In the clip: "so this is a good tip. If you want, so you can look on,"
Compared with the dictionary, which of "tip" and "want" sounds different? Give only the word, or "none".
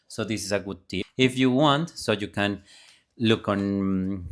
tip